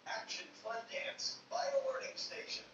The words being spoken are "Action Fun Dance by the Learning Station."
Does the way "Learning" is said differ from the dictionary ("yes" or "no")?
yes